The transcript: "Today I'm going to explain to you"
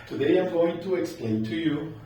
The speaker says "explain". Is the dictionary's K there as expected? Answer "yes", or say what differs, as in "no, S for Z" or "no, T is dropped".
yes